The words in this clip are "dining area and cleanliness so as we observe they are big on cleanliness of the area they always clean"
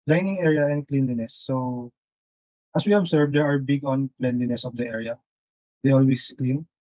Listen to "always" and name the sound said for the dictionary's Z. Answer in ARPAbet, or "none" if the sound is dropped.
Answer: S